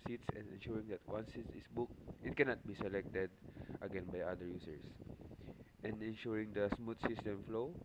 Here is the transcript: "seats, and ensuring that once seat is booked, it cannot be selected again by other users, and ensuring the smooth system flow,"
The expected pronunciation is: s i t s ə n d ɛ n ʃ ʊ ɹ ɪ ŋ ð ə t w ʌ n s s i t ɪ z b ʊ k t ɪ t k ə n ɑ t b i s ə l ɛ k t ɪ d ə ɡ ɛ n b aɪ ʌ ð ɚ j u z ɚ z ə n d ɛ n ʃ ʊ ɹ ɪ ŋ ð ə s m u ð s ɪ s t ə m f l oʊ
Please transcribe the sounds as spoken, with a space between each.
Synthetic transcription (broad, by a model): s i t s ə n d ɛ n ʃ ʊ ɹ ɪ ŋ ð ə t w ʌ n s s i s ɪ s b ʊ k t ɪ t k ə n ɑ t b i s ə l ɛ k t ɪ d ə ɡ ɛ n b aɪ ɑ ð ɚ j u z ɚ s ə n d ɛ n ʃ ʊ ɹ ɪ ŋ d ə s m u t s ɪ s t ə m f l oʊ